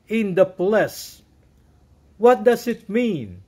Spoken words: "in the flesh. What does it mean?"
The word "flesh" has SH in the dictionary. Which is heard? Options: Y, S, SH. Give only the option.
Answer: S